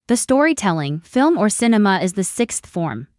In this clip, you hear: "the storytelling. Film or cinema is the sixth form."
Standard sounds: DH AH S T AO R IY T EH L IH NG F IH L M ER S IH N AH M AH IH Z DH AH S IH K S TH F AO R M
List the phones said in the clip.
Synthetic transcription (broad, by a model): DH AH S T AO R IY T EH L IH NG F IH L M ER S IH N AH M AH IH Z DH AH S IH K S TH F AO R M